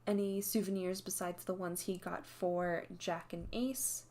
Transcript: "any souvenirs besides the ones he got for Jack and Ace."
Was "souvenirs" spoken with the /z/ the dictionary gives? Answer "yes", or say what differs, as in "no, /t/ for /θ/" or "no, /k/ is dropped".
yes